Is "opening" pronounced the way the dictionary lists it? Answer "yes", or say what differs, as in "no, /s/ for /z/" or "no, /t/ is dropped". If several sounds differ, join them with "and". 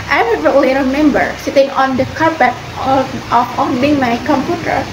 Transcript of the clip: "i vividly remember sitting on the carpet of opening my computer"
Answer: no, /f/ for /p/